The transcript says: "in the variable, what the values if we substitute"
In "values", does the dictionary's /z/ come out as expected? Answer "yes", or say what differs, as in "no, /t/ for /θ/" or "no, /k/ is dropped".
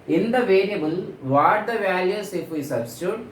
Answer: no, /s/ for /z/